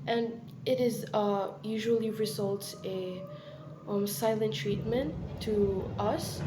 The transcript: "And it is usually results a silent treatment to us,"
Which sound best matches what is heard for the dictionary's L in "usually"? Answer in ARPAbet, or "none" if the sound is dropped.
L